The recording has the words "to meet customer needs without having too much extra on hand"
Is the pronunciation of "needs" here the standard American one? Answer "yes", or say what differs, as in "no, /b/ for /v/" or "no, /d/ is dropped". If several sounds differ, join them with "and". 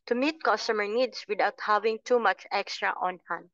no, /s/ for /z/